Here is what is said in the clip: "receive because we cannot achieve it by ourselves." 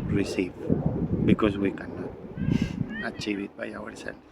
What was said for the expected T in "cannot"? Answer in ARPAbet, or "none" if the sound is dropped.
none